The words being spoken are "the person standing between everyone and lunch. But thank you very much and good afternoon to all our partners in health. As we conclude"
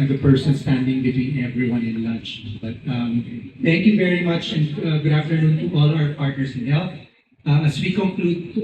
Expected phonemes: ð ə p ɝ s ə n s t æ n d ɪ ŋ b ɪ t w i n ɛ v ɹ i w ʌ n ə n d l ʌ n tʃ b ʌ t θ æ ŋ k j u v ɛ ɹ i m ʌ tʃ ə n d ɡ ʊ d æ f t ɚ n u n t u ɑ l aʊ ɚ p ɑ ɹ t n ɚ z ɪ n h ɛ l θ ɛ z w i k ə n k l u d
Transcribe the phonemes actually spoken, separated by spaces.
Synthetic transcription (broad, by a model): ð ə p ɝ s ə n s t æ n d ɪ ŋ b ɪ t w i n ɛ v ɹ i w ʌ n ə n l ʌ n tʃ b ʌ t t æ ŋ k j u v ɛ ɹ i m ʌ tʃ ə n d ɡ ʊ d æ f t ɚ n u n t u ɑ l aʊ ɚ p ɑ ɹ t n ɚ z ɪ n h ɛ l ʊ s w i k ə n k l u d